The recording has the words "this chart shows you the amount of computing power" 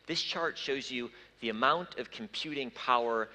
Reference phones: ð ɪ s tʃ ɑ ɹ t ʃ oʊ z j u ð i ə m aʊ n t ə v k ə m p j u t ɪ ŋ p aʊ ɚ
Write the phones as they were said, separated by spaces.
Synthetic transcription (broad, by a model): ð ɪ s tʃ ɑ ɹ t ʃ oʊ z j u ð i ə m aʊ n t ə v k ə m p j u t ɪ ŋ p aʊ ɚ